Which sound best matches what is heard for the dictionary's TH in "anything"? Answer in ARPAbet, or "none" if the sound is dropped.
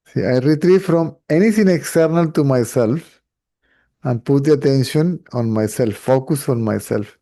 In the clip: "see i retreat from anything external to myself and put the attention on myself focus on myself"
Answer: T